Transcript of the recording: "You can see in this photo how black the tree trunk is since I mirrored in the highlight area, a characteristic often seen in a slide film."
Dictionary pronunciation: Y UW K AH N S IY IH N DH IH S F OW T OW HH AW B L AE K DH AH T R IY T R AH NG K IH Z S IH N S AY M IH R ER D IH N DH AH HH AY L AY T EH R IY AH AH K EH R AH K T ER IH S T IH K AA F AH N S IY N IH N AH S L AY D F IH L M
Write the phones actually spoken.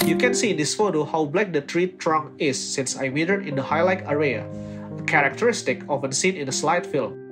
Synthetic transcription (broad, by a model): Y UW K AH N S IY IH N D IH S F OW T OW HH AW B L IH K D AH T R IY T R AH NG IH S IH N S AY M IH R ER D IH N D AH HH AY L AY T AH R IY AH AH K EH R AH K T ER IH S T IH K AA F AH N S IY N IH N AH S L AY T F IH L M